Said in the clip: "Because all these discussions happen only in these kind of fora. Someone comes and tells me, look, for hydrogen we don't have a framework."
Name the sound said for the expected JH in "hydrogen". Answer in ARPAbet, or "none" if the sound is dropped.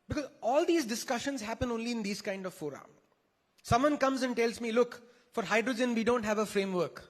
JH